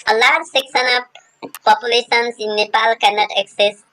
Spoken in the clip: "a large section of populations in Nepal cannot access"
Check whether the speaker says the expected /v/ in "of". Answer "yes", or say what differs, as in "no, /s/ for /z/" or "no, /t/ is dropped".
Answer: no, /p/ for /v/